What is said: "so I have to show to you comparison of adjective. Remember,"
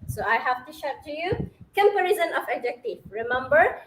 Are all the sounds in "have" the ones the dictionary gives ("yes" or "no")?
no